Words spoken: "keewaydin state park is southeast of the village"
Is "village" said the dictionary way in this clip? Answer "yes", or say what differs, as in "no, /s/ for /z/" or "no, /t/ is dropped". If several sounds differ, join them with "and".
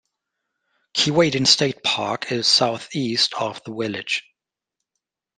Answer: no, /w/ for /v/